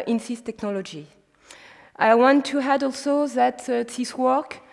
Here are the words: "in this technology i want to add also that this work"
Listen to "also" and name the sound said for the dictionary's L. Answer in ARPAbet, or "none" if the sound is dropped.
L